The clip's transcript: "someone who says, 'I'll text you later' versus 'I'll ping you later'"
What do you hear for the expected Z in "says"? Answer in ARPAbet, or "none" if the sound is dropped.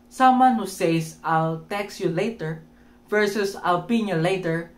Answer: S